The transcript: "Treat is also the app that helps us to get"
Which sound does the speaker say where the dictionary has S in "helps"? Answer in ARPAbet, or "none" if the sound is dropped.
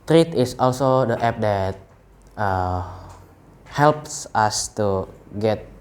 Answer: S